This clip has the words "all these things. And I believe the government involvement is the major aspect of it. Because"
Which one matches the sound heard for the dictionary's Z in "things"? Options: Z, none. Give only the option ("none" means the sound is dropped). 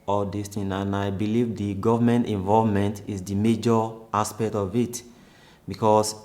none